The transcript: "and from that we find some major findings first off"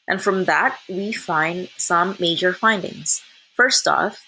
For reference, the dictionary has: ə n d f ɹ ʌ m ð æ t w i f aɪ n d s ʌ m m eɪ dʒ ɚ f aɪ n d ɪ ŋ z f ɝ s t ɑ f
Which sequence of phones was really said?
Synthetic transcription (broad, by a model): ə n f ɹ ʌ m ð æ t w i f aɪ n d s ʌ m m eɪ dʒ ɚ f aɪ n d ɪ ŋ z f ɝ s t ɑ f